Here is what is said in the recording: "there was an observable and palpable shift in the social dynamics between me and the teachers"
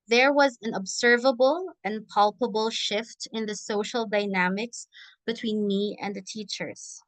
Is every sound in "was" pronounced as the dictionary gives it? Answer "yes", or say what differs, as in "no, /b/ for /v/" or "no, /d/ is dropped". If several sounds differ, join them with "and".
yes